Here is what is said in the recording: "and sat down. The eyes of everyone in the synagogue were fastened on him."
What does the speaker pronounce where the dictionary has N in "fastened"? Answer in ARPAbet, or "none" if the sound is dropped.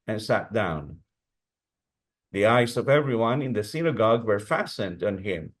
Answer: N